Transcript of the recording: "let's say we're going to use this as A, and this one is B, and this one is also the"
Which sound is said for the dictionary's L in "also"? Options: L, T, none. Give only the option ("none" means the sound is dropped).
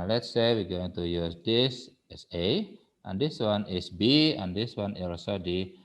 none